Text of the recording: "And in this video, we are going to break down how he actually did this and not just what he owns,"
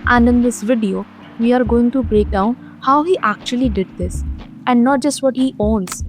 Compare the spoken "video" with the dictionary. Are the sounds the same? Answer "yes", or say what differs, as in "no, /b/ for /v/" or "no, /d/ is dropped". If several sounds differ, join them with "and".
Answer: yes